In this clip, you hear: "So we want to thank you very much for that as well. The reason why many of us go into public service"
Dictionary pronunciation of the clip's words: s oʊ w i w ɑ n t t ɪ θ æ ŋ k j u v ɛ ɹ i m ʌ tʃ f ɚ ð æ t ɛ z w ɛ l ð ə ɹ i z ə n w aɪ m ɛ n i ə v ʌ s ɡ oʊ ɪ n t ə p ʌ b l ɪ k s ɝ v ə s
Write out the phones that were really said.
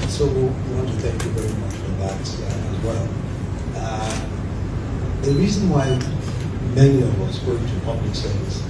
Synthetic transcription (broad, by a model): s oʊ w i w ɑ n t t ɪ θ æ ŋ k j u v ɛ ɹ i m ʌ tʃ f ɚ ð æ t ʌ z w ɛ l ð ə ɹ i z ə n w aɪ m ɛ n i ə v ʌ s ɡ oʊ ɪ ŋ t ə p ʌ b l ɪ k s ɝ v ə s